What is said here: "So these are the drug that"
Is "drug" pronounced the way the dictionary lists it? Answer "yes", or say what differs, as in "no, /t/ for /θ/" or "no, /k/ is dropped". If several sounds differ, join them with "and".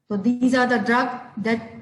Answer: yes